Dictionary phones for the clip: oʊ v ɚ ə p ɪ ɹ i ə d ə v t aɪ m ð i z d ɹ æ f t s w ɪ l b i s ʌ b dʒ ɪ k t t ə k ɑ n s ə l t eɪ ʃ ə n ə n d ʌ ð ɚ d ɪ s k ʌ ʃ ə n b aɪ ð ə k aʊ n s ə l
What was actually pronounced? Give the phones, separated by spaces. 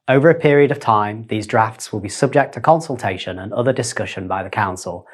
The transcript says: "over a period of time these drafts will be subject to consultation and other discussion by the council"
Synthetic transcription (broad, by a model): oʊ v ɚ ə p ɪ ɹ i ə d ə v t aɪ m ð i z d ɹ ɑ f t s w ɪ l b i s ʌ b dʒ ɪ k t t ə k ɑ n s ə l t eɪ ʃ ə n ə n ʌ ð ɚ d ɪ s k ʌ ʃ ə n b aɪ ð ə k aʊ n s ə l